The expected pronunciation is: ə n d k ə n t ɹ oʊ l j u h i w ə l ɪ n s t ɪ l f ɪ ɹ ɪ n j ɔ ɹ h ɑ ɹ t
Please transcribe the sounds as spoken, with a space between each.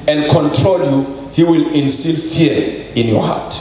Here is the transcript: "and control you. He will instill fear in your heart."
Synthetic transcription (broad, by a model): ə n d k ə n t ɹ oʊ l j u h i w ə l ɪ l s t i l f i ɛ ɪ n j ɔ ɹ h ɑ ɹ t